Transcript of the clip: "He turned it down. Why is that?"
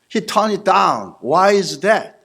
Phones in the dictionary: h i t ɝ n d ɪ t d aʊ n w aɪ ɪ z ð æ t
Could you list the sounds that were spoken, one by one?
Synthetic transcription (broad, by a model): h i t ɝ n ɪ t d aʊ n w aɪ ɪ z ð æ t